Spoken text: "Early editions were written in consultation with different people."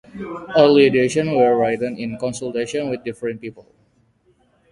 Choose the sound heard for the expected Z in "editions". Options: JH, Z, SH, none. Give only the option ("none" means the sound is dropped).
none